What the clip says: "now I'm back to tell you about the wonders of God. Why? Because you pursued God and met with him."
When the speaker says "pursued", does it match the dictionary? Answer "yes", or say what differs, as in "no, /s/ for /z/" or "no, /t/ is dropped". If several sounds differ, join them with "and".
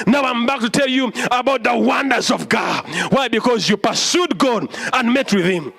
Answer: yes